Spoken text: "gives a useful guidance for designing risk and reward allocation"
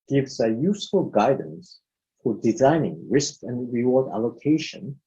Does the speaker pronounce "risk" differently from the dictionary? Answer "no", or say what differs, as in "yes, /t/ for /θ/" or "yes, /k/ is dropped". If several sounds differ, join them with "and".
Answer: no